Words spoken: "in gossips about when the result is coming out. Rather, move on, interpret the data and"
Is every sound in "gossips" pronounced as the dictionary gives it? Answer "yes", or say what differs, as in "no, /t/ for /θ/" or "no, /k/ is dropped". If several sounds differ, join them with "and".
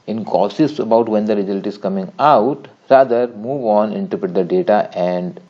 no, /p/ is dropped